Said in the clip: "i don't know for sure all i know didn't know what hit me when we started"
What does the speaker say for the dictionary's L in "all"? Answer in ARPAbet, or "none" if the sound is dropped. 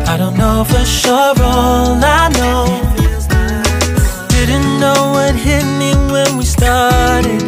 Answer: N